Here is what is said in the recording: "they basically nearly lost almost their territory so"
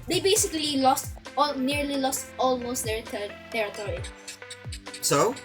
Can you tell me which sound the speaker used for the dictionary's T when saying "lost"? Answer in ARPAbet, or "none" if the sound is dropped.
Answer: T